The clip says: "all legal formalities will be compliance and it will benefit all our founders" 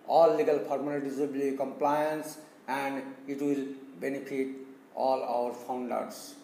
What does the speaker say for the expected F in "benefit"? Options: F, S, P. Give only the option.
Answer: P